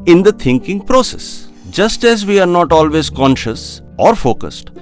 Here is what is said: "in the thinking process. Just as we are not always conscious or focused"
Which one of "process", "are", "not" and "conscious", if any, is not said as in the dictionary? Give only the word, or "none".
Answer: none